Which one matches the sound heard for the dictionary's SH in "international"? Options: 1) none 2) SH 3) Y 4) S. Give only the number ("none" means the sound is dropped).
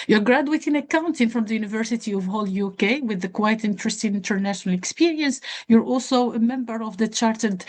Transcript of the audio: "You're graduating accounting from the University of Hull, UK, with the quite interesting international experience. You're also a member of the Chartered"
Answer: 2